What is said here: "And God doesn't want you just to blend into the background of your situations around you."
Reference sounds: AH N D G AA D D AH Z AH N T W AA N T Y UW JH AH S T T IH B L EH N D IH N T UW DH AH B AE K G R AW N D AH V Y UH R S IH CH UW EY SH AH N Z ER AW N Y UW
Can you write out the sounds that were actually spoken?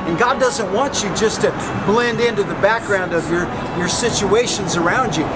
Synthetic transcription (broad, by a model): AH N G AA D D AH Z AH N T W AA N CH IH JH AH S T T IH B L EH N D IH N T UW DH AH B AE K G R AW N D AH V Y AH R S IH CH UW EY SH AH N Z ER AW N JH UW